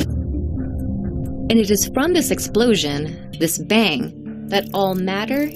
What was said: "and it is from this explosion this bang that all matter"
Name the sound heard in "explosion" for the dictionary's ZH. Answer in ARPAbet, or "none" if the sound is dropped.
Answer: ZH